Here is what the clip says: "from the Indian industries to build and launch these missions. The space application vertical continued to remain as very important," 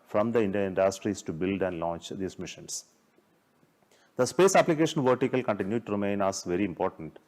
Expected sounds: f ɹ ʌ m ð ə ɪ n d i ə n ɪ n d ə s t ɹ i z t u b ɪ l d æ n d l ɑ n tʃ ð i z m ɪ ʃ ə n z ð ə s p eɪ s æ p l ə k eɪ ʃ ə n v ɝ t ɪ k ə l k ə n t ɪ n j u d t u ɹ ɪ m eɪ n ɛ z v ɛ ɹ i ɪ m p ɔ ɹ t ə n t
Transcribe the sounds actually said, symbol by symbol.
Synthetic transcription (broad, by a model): f ɹ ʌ m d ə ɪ n d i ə ɪ n d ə s t ɹ i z t u b ɪ l d æ n d l ɑ n tʃ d i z m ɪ ʃ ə n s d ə s p eɪ s æ p l ə k eɪ ʃ ə n v ɝ t ɪ k ə l k ə n t ɪ n j u d t u ɹ ɪ m eɪ n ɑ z v ɛ ɹ i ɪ m p ɔ ɹ t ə n t